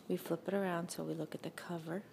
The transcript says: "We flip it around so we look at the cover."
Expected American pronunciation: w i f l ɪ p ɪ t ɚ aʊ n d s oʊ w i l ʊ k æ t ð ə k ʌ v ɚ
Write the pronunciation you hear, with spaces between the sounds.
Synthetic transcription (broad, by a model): w i f l ɪ p ɪ t ɚ aʊ n d s oʊ w i l ʊ k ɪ t ð ə k ʌ v ɚ